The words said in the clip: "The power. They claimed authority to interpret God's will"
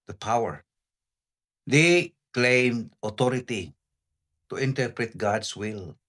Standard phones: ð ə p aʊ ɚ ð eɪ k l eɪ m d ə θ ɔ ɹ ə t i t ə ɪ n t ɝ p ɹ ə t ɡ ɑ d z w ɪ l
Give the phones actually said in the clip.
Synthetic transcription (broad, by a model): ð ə p aʊ ɚ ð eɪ k l eɪ m d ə t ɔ ɹ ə t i t ə ɪ n t ɝ p ɹ ə t ɡ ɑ d s w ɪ l